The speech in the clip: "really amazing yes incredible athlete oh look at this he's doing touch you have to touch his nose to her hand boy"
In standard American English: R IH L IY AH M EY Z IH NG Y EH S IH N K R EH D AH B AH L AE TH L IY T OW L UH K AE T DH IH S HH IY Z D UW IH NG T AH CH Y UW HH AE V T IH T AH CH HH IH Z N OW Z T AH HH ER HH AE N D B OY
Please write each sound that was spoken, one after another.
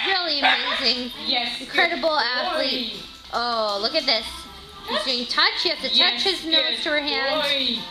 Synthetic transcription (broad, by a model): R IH L IY AH M EY Z IH NG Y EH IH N K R EH D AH B L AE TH L IY T OW L UH K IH T DH IH S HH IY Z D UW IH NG T AH CH Y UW HH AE F T IH T AH CH HH IH Z N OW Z T AH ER HH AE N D